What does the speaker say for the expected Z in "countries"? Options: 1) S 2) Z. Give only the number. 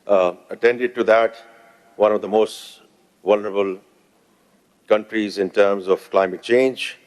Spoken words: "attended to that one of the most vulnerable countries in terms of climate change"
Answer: 2